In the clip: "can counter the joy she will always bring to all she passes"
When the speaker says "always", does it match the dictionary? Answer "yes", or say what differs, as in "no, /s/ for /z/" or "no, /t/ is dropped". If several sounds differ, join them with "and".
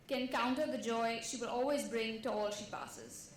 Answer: yes